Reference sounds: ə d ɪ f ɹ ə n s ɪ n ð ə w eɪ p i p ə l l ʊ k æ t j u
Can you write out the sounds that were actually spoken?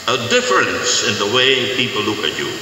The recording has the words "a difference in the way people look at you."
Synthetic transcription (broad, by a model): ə d ɪ f ɹ ə n s ɪ n ð ə w eɪ p i p l l ʊ k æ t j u